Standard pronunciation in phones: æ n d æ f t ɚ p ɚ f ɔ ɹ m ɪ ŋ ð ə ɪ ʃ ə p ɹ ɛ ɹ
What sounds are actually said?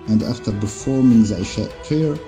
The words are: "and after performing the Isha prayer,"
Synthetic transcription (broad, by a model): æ n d æ f t ɚ b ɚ f ɔ ɹ m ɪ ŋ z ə ɪ ʃ ə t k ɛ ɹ